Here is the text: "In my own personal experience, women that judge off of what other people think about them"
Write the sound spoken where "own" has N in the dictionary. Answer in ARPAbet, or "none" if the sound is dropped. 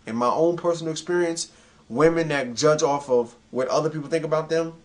N